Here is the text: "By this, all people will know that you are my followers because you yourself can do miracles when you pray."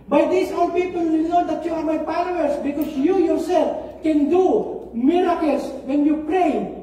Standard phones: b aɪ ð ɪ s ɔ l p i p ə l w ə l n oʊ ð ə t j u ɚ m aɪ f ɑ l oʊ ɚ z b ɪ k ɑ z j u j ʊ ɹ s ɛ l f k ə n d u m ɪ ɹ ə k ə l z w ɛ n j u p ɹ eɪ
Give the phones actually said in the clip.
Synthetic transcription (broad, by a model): b aɪ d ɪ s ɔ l p i p ə l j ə n oʊ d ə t j u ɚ m aɪ p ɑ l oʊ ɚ s b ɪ k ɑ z j u j ʊ ɹ s ɛ l f k ə n d u m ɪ ɹ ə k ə l s w ɛ n j u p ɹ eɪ